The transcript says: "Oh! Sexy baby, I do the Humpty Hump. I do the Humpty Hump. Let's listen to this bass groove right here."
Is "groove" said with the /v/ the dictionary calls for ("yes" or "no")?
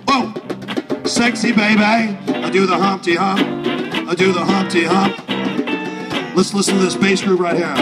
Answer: no